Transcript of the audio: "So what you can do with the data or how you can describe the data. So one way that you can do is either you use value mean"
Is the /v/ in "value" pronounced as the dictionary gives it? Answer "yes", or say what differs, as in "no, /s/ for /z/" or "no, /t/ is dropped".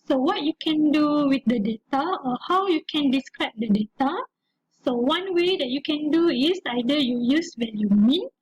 no, /w/ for /v/